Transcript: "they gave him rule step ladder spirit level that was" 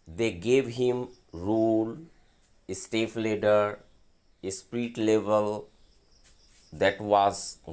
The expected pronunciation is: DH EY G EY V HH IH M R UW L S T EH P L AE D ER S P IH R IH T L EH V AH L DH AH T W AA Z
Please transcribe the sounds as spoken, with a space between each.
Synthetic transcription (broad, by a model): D EY G EY V HH IH M R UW L S T EH F L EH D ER S P R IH T L EH V AH L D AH T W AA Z